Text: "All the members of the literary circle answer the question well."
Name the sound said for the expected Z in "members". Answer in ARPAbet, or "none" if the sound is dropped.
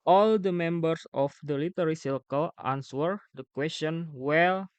S